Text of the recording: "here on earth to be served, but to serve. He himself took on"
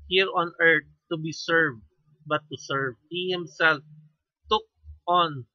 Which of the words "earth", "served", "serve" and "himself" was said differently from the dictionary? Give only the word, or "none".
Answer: earth